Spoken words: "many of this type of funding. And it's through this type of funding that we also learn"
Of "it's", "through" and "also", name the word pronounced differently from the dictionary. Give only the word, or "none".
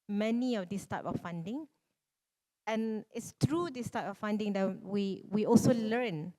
through